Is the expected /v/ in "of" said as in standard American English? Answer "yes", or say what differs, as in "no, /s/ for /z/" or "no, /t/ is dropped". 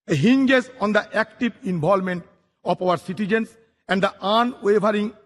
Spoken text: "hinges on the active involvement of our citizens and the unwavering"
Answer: no, /p/ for /v/